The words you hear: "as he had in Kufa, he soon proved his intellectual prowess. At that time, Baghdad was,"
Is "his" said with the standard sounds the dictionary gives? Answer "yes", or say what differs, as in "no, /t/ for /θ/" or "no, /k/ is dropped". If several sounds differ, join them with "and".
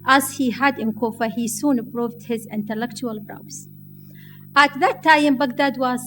yes